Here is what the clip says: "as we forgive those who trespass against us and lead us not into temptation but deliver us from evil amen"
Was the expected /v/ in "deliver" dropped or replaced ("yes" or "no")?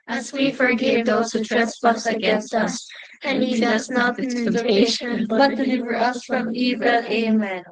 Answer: no